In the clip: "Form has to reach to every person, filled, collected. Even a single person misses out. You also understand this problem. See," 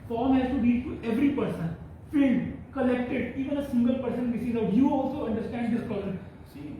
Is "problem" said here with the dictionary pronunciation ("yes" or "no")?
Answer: no